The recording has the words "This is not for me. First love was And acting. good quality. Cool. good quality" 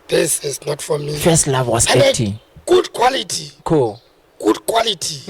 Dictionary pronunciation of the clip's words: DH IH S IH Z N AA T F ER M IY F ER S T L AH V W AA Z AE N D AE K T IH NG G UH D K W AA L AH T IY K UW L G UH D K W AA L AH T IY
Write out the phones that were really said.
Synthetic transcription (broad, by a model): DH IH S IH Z N AA T F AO M IY F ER S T L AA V W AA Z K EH T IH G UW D K W AA L AH T IY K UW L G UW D K W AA L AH T IY